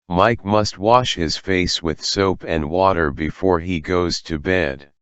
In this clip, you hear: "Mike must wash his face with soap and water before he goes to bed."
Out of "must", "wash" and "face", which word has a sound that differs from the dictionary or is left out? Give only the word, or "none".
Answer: none